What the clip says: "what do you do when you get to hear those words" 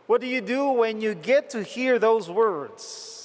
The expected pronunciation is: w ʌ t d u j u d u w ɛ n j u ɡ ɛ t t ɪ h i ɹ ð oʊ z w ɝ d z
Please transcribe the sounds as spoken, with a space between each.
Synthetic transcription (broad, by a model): w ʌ t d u j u d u w ɛ n j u ɡ ɛ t t ɪ h i ɹ ð oʊ z w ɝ d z